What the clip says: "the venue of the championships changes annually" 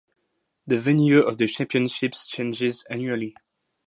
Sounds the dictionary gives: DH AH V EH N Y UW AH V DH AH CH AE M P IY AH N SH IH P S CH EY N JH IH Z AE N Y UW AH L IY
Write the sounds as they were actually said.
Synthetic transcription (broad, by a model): DH AH V EH N Y UW AH V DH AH CH AE M P IY AH N SH IH P S CH EY N JH IH Z AE N Y UW AH L IY